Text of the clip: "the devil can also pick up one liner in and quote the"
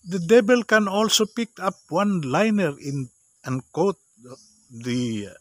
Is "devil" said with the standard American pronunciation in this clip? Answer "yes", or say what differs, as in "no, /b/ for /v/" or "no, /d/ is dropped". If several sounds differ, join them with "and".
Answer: no, /b/ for /v/